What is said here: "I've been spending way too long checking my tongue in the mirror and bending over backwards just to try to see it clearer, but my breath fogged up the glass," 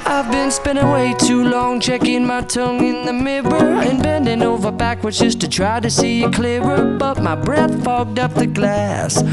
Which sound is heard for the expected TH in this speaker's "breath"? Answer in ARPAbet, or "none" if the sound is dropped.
TH